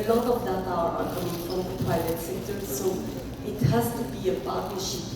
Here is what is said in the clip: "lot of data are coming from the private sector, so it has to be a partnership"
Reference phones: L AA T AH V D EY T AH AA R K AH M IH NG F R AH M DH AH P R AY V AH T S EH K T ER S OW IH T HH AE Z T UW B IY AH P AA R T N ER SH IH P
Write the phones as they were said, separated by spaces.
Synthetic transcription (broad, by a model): L AA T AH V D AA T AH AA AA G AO IH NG F R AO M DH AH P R AY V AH T S EH K T ER S OW IH T HH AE S T UW B IY AH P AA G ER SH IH